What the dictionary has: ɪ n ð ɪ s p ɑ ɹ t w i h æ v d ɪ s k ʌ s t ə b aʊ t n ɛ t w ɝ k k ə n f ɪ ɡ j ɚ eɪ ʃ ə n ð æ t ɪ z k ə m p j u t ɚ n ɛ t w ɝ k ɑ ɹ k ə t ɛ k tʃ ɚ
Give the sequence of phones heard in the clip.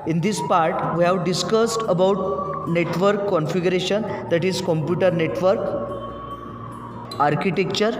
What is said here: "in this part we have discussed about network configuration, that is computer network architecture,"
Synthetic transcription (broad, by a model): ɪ n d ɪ s p ɑ ɹ t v i h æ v d ɪ s k ʌ s t ə b aʊ t n ɛ t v ɝ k k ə n f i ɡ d eɪ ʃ ə n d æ t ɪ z k ə m p j u t ɚ n ɛ t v ɝ k ɑ ɹ k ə t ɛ k tʃ ɚ